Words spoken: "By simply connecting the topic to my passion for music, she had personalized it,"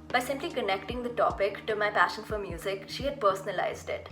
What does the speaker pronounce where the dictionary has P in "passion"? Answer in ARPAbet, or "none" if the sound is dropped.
P